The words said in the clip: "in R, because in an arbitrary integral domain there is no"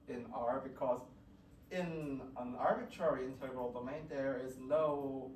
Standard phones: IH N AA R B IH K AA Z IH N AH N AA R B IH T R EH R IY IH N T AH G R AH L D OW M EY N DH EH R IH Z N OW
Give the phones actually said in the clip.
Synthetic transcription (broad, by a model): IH N AA R B IH K AA Z IH N AH N AA R B IH T R EH R IY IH N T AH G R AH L D OW M EY N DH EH R IH Z N OW